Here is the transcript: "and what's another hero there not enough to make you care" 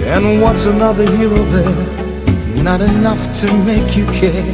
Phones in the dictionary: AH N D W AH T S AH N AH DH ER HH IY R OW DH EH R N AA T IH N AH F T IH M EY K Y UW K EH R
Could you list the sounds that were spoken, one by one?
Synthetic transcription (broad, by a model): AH N W AH T S AH N AH DH ER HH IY L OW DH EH R N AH T IH N AH F T IH M EY K Y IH K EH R